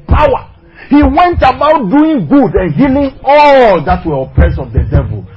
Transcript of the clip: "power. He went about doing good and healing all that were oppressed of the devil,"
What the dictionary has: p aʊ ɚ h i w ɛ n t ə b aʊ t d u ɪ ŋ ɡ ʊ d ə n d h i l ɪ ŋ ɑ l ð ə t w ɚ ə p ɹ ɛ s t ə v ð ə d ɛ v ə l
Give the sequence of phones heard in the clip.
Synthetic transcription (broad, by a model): p aʊ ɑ h i w ɛ n t ə b aʊ t d u ɪ ŋ ɡ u d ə n h i l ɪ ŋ ɑ l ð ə t w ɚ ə p ɹ ɛ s ə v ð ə d ɛ v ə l